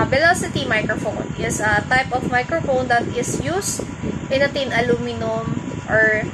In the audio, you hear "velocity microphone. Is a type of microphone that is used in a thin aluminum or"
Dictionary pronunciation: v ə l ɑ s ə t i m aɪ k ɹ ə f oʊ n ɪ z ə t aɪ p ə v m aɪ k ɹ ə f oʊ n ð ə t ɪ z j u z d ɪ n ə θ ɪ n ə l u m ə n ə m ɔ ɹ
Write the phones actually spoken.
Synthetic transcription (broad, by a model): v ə l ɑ s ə t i m aɪ k ɹ ə f oʊ n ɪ s ə t aɪ p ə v m aɪ k ɹ ə f oʊ n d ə t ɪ s j u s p ɪ n ə t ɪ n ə l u m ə n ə m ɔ ɹ